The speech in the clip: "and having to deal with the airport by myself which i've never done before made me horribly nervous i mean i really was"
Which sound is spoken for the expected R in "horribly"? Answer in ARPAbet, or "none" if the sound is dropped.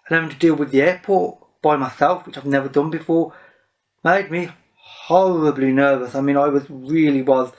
R